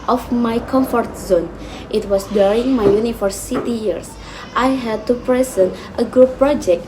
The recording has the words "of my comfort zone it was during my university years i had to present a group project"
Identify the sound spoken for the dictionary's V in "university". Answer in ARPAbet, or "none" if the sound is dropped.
F